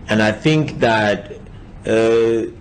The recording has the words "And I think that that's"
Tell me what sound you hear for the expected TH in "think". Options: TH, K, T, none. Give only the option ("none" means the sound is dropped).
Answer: TH